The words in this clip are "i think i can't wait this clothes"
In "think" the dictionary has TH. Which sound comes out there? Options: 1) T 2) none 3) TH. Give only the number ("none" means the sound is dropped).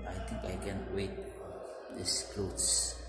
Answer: 1